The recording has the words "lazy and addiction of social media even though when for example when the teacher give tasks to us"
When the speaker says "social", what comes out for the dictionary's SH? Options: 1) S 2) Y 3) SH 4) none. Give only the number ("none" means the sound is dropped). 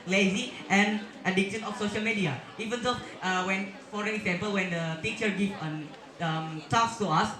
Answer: 3